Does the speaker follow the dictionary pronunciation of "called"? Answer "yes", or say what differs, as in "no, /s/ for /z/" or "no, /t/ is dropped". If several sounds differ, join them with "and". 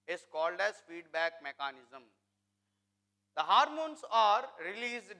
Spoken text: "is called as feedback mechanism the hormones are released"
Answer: yes